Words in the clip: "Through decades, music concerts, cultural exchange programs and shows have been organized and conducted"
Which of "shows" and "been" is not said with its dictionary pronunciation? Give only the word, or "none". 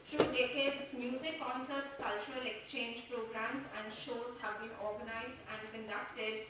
none